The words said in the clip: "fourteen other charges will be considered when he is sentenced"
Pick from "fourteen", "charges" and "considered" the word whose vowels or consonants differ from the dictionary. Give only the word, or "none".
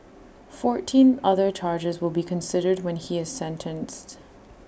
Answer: none